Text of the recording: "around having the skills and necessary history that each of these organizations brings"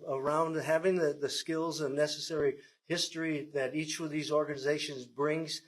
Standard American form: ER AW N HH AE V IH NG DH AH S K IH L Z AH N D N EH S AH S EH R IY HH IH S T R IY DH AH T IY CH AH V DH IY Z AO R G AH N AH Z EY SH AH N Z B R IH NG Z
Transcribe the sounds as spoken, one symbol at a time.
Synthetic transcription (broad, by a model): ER AW N HH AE V IH NG DH AH S K IH L Z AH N N EH S AH S EH R IY HH IH S T R IY DH AH T IY CH AH V DH IY Z AO R G AH N AH Z EY SH AH N Z B R IH NG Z